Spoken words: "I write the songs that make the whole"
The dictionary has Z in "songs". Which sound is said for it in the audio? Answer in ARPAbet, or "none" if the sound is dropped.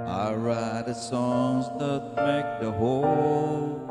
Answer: Z